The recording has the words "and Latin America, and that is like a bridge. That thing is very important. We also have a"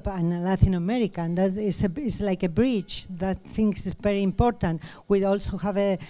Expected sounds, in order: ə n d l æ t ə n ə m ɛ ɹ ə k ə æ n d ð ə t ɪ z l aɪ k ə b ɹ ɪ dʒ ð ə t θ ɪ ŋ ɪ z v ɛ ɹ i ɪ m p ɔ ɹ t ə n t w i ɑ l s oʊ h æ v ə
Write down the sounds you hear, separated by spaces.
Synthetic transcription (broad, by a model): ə n l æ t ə n ə m ɛ ɹ ə k ə n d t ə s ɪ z l aɪ k ə b ɹ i tʃ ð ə t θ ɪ ŋ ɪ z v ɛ ɹ i ɪ m p ɔ ɹ t ə n t w i ɑ l s oʊ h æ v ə